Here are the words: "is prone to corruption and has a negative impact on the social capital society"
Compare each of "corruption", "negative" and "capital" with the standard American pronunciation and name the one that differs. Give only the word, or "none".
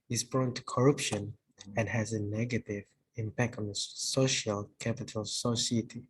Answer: none